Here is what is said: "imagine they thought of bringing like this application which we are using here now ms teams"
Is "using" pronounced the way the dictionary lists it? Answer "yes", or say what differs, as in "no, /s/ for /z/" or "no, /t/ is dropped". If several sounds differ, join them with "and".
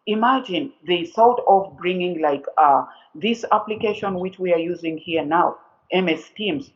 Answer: yes